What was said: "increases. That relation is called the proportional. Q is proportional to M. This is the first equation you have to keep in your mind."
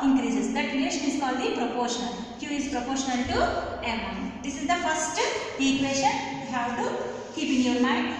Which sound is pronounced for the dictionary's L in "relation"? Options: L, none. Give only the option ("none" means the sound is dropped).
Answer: none